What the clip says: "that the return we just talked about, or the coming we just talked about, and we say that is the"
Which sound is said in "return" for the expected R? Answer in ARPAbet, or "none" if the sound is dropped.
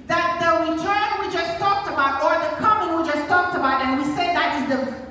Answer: W